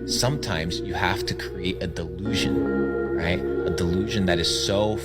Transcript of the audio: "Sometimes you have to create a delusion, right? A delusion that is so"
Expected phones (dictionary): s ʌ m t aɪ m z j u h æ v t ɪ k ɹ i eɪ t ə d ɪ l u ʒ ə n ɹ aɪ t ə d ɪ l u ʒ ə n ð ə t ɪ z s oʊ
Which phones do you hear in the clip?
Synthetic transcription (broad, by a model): s ʌ m t aɪ m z j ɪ h æ f t ɪ k ɹ i eɪ t ə d ɪ l u ʒ ə n ɹ aɪ t ə d ɪ l u ʒ ə n ð ə t ɪ z s oʊ